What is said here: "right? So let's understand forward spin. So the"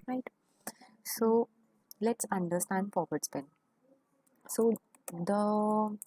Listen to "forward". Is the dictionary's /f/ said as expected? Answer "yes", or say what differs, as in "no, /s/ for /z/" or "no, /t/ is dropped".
no, /p/ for /f/